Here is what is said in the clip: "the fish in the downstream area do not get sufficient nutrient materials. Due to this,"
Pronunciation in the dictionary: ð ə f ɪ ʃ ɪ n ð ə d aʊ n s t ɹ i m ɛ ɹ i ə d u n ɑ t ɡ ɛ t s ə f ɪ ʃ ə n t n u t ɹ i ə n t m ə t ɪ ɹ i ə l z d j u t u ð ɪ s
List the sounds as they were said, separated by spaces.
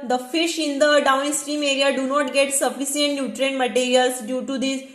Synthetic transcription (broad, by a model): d ə f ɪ ʃ ɪ n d ə d aʊ n s t ɹ i m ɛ ɹ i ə d u n ɑ t ɡ ɛ t s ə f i s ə n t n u t ɹ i n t m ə t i ɹ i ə l s d j u t u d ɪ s